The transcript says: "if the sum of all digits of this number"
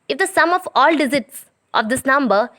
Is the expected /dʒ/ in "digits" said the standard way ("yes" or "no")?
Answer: no